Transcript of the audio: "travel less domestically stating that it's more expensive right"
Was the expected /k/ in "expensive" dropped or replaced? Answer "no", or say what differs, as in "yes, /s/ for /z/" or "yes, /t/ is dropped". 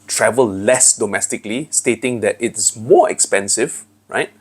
no